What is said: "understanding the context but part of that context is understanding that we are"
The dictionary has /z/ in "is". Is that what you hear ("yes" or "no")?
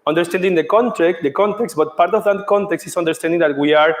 no